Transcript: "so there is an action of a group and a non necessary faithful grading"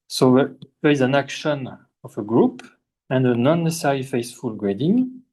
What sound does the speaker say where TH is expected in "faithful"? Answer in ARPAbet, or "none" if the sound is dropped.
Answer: S